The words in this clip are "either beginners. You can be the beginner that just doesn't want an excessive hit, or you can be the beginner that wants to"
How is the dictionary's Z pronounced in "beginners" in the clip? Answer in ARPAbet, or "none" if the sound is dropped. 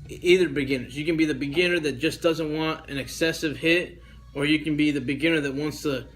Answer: Z